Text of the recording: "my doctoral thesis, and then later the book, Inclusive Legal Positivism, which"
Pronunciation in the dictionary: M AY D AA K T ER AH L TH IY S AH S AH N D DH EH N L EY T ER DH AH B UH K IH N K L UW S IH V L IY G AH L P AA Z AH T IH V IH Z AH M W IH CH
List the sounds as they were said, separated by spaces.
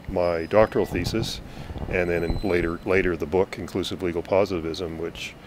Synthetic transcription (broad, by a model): M AY D AA K T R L TH IY S AH S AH N DH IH N L EY T ER DH AH B UH K IH N K L UW S IH V L IY G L P AA Z AH T IH V IH Z AH M W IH CH